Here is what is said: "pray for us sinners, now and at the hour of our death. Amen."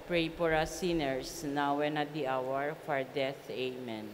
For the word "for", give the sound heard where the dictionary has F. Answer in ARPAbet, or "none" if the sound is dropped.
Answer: P